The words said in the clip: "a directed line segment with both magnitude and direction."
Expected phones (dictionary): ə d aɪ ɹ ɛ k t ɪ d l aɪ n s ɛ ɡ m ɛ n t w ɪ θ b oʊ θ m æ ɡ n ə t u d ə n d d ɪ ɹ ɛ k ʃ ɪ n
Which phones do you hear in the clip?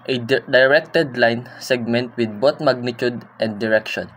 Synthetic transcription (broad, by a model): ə d aɪ ɹ ɛ k t ɪ d l aɪ n s ɛ ɡ m ɛ n t w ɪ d b oʊ t m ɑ ɡ n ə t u d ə n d d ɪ ɹ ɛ k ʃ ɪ n